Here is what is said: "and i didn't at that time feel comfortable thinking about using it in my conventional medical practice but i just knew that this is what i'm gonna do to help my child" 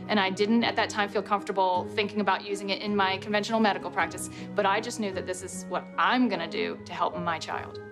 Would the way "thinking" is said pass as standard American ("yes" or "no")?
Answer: yes